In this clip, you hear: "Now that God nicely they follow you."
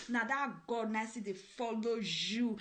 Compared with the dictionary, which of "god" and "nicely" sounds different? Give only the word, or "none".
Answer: nicely